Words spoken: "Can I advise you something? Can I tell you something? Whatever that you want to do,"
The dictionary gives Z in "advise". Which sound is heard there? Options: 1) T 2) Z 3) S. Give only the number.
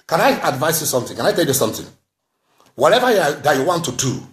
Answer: 3